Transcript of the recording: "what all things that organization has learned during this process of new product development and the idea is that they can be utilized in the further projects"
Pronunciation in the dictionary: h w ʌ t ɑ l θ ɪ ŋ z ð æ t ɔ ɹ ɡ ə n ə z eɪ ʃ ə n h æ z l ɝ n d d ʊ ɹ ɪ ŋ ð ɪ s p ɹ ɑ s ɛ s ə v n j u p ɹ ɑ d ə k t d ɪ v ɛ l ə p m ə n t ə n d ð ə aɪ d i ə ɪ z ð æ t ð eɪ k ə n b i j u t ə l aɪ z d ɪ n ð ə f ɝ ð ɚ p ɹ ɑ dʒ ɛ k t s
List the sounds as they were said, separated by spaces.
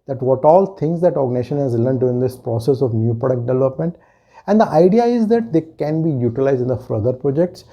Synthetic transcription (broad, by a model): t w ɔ t ɑ l t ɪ ŋ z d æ t ɔ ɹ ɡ n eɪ ʃ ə n h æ z l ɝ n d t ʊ ɪ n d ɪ s p ɹ ɑ s ɛ s ə v n j u p ɹ ɑ d ə k t d ɪ v ɛ l ə p m ə n t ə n d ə aɪ d i ə ɪ z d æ t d eɪ k ə n b i j u t ə l aɪ z d ɪ n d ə f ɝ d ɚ p ɹ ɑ dʒ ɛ k t s